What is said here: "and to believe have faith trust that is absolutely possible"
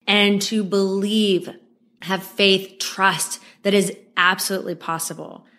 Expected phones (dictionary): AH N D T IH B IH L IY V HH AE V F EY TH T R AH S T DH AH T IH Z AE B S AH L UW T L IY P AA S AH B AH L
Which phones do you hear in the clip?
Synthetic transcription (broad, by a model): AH N T IH B IH L IY V HH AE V F EY TH T R AH S T DH AH T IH Z AE B S AH L UW T L IY P AA S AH B L